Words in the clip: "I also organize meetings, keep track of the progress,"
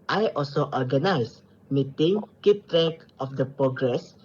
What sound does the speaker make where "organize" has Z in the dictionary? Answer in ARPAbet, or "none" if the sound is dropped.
S